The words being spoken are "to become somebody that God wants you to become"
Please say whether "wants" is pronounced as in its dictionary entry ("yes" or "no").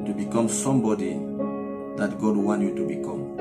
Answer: no